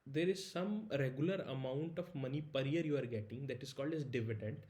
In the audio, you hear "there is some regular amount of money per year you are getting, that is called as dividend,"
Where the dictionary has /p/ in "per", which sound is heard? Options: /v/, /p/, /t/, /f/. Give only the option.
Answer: /p/